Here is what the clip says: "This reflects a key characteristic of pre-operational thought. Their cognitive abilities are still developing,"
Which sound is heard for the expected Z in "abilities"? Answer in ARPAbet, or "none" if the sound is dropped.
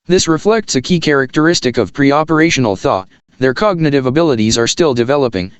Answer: Z